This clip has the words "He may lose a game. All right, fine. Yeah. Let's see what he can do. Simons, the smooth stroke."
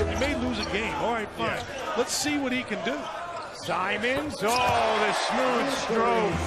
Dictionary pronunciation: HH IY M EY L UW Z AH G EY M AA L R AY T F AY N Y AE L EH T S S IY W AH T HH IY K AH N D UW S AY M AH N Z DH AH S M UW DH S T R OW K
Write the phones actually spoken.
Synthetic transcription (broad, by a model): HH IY M EY L UW Z AH G EY M AA L R AY T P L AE L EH T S S IY W AH T HH IY K AH N D UW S AY M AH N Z DH AH S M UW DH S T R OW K